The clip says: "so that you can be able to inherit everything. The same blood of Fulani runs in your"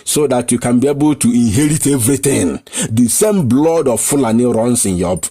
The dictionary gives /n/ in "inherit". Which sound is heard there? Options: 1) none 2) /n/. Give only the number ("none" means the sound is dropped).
2